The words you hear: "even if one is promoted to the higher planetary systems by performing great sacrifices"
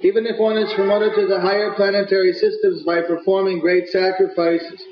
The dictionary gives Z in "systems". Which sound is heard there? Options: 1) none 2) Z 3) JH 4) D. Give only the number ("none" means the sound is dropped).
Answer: 2